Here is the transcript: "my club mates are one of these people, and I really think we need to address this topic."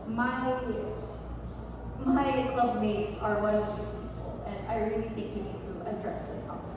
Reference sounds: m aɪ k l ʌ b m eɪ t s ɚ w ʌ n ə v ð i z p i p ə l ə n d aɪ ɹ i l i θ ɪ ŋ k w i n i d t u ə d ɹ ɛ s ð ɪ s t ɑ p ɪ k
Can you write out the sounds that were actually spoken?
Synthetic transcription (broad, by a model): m aɪ k l ʌ b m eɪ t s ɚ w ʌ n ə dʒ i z p i p ə l ə n d aɪ ɹ i l i θ ɪ ŋ k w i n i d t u ə d ɹ ɛ s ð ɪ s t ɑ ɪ